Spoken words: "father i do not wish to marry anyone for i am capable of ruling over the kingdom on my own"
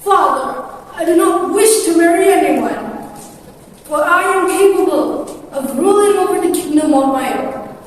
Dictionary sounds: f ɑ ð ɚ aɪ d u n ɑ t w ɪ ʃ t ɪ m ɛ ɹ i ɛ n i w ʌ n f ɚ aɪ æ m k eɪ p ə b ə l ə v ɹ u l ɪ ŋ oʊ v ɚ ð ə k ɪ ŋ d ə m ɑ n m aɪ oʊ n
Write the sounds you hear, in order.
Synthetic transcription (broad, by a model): f ɑ ð ɚ aɪ d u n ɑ t w ɪ ʃ t ɪ m ɛ ɹ i ɛ n i w ʌ n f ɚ aɪ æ m k eɪ p ə b ə l ə v ɹ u l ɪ ŋ oʊ p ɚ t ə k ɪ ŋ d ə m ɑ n m aɪ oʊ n